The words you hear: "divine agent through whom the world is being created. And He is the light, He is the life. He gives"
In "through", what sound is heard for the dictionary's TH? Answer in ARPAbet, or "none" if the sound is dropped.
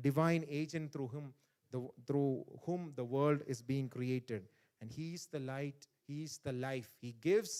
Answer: T